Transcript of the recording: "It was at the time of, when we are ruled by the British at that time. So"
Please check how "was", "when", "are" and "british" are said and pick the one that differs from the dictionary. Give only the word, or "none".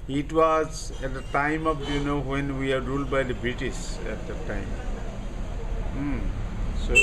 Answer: british